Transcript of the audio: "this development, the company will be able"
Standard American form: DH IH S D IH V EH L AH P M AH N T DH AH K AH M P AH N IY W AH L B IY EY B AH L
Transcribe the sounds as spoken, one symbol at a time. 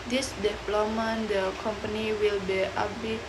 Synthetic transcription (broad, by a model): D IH S D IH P L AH M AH N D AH K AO M P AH N IY W AH L B IY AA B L